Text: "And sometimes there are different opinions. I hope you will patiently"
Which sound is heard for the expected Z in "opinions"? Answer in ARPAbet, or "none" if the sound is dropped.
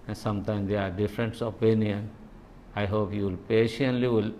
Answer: none